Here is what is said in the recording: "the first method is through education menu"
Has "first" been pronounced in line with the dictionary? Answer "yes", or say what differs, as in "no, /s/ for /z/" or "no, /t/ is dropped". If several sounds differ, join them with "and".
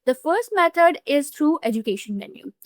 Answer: yes